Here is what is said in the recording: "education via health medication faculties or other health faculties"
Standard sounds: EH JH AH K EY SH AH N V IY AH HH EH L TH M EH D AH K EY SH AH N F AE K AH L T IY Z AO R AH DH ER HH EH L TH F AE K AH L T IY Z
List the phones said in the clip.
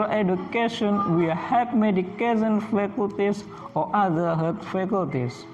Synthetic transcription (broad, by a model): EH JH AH K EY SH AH N W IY HH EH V M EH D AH K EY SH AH N F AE K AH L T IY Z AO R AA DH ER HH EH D F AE K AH L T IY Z